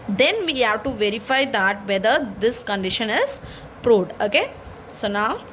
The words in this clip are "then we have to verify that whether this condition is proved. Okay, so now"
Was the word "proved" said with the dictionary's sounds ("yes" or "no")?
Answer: no